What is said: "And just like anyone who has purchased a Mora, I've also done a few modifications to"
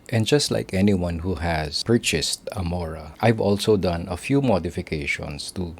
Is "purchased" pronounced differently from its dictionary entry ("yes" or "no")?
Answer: no